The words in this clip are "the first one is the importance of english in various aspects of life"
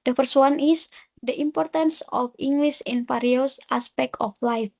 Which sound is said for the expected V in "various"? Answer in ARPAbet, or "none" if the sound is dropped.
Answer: F